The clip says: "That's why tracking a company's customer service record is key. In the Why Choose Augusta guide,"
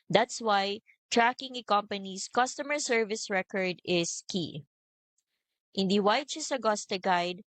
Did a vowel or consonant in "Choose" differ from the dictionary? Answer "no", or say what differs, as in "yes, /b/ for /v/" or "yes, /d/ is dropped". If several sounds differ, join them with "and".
yes, /s/ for /z/